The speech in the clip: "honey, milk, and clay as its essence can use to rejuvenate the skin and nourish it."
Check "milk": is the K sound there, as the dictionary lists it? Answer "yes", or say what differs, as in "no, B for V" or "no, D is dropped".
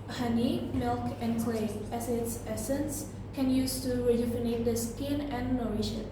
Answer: yes